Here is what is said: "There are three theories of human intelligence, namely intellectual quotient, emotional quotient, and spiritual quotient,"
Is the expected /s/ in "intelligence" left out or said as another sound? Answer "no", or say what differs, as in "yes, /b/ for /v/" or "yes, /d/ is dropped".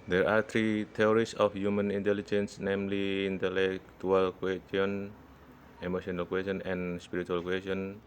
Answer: no